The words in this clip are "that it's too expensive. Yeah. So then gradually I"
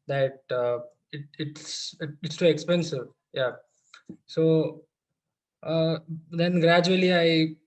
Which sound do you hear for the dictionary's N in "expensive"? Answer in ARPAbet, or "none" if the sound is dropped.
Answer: N